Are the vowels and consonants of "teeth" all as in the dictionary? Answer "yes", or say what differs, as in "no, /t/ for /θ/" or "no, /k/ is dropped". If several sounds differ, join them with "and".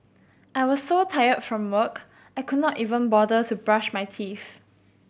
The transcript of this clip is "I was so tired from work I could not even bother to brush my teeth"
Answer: no, /f/ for /θ/